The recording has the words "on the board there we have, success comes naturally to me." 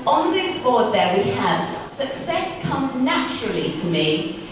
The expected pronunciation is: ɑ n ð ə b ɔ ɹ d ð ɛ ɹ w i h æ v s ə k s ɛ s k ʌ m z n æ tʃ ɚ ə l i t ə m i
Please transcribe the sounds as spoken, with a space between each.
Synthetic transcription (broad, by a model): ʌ n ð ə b ɔ d ð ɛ w i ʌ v s ə k s ɛ s k ʌ m z n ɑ tʃ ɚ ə l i t ə m i